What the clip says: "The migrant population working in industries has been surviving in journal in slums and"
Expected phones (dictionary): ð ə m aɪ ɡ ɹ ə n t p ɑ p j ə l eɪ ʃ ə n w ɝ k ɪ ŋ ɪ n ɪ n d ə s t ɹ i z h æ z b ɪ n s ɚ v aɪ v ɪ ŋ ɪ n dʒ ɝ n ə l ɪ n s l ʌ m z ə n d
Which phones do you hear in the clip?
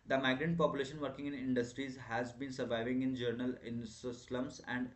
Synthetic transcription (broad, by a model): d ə m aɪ ɡ ɹ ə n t p ɑ p j ə l eɪ ʃ ə n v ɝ k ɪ ŋ ɪ n ɪ n d ə s t ɹ i z h æ z b ɪ n s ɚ v aɪ v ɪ ŋ ɪ n dʒ ɝ n ə l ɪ n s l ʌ m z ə n d